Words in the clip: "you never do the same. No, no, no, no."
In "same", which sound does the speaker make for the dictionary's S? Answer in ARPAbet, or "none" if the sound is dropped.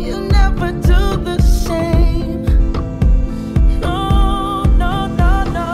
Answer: SH